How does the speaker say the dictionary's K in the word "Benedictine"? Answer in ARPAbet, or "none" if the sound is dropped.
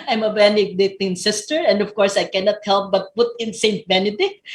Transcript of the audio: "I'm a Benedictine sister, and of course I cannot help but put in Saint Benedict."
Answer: none